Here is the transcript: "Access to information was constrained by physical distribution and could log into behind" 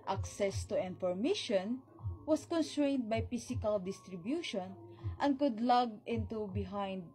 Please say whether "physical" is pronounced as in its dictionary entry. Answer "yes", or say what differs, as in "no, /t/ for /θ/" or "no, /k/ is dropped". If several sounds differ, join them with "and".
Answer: no, /s/ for /z/